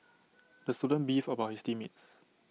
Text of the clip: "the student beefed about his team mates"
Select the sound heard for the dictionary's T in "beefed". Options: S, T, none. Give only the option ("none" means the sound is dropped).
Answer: none